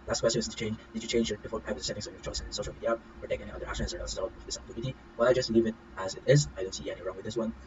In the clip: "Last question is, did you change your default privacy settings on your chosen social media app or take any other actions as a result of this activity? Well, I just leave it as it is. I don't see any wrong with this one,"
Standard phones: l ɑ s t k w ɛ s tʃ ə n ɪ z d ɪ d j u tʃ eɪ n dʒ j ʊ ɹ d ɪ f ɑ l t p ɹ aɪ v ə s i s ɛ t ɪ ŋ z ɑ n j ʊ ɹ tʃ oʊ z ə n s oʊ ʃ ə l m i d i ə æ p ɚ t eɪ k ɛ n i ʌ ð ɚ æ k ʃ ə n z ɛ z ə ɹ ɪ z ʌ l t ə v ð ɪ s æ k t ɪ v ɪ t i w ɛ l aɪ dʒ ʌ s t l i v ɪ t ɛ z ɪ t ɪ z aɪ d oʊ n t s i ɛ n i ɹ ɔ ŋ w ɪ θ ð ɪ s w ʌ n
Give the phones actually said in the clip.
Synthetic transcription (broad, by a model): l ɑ s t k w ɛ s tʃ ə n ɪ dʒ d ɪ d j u tʃ eɪ n dʒ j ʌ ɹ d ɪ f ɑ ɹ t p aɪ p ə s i s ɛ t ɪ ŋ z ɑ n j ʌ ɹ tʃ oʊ s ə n s oʊ ʃ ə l m i d i ə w ɚ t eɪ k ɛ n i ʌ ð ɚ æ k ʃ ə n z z ə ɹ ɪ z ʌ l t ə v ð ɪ s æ t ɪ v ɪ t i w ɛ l aɪ dʒ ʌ s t l i v ɪ t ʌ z ɪ t ɪ z aɪ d oʊ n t s i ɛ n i ɹ ɔ ŋ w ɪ ð ɪ s w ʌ n